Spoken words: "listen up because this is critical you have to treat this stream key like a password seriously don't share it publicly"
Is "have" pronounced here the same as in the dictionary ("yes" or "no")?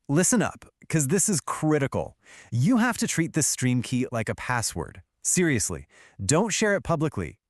no